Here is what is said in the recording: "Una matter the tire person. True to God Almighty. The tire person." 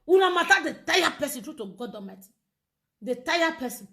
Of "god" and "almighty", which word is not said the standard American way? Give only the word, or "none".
almighty